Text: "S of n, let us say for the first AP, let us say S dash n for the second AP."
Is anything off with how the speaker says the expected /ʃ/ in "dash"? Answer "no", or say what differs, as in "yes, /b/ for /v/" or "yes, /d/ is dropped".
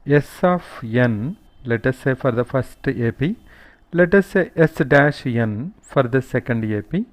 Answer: no